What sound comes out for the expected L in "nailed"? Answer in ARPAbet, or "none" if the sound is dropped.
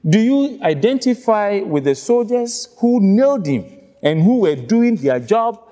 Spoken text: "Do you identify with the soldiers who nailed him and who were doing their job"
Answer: L